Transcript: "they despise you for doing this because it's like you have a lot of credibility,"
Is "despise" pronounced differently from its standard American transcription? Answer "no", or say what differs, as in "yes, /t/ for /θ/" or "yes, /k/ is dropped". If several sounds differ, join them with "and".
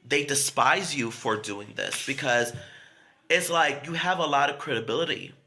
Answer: no